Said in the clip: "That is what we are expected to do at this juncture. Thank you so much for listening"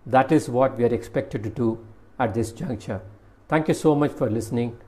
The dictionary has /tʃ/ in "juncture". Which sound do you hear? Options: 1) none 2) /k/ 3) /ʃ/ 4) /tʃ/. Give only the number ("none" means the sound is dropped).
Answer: 4